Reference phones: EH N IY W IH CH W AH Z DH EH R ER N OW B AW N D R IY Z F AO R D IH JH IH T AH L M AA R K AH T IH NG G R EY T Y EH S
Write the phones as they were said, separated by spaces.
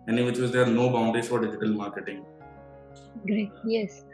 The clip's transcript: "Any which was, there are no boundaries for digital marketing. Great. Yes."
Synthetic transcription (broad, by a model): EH N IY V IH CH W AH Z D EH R N OW B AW N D IY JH F AO R D IH JH IH T AH L M AA R K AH T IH NG G R EY T Y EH S